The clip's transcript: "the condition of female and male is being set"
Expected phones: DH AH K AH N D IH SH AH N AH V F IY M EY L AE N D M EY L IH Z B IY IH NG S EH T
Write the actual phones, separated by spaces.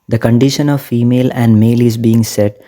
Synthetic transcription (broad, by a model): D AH K AH N D IH SH AH N AH V F IY M EY L AE N D M EY L IH Z B IY IH NG S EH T